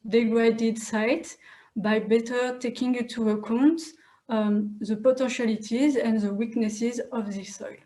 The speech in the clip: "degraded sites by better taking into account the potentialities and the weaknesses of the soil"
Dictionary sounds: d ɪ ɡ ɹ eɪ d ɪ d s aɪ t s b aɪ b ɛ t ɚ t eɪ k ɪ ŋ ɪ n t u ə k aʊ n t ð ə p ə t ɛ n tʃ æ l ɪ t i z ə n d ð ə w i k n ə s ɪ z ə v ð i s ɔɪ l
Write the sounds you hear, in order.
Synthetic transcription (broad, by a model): d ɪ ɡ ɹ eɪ d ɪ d s aɪ t b aɪ b ɛ t ɚ t eɪ k ɪ ŋ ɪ t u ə k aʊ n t ð ə p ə t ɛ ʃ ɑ l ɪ t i z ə n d ð ə w i k n ə s ɪ z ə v ð i s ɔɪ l